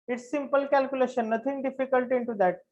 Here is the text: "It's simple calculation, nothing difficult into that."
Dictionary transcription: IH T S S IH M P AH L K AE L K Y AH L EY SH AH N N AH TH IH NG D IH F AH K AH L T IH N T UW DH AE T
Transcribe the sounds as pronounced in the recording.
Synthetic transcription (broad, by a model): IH T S S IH M P AH L K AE L K Y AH L EY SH AH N N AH T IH NG D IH F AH K AH L T IH N T UW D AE T